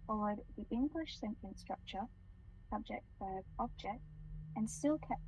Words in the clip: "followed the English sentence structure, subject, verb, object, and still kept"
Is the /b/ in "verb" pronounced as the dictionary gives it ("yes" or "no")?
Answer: no